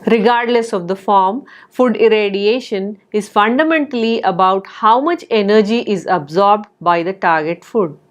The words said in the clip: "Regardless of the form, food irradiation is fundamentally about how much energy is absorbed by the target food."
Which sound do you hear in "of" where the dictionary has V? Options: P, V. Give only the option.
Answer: V